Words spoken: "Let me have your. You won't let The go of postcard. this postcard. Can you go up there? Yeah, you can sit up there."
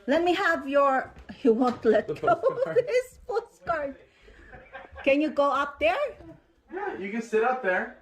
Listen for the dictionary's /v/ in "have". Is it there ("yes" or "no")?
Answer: yes